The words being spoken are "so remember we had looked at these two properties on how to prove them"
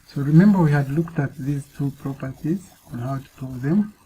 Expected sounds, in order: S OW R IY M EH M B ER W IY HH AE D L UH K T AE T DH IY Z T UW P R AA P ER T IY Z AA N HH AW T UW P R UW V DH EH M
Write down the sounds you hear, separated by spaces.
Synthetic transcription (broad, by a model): S OW R IY M EH M B ER W IY HH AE D L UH K T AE T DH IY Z T UW P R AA P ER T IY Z AA N HH AW T UW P UW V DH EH M